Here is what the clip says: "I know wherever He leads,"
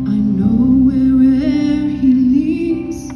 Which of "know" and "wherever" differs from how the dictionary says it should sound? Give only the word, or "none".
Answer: wherever